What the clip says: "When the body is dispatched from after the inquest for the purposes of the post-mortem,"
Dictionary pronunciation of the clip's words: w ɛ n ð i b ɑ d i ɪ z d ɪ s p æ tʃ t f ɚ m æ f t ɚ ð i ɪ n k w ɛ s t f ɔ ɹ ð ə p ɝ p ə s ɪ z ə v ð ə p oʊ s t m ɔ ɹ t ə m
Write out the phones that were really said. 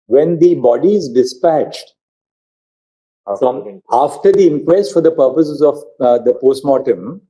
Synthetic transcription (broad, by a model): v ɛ n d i b ɑ d i ɪ z d ɪ s p æ tʃ t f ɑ f t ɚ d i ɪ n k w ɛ s t f ɔ ɹ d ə p ɝ p ə s ɪ z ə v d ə p oʊ s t m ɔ t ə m